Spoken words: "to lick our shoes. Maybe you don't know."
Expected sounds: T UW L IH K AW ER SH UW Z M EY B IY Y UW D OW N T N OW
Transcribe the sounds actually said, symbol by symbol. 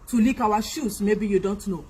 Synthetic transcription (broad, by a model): T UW L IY K AW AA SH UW S M EY B IY Y UW D OW N T N OW